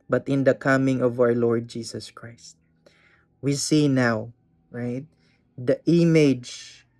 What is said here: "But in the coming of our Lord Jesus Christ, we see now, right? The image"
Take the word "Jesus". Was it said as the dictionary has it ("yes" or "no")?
no